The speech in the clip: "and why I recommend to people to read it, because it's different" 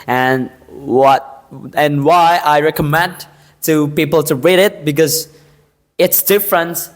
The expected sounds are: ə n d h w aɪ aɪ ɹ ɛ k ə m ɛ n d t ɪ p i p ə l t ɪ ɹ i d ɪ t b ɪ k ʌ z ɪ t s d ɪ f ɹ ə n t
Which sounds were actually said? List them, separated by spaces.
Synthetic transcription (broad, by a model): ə n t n w aɪ aɪ ɹ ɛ k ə m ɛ n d t ɪ p i p l t ɪ ɹ i d ɪ t b ɪ k ʌ z ɪ t s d ɪ f ɹ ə n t